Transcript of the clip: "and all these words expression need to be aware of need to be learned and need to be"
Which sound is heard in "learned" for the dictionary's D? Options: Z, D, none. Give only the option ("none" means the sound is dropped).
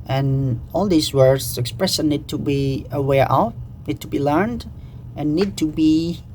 D